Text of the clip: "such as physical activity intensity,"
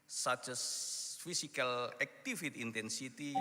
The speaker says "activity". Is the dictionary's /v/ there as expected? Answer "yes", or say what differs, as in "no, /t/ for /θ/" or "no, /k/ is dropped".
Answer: no, /f/ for /v/